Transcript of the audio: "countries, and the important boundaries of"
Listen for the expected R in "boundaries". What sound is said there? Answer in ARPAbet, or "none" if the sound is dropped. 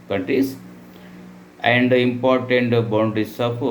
none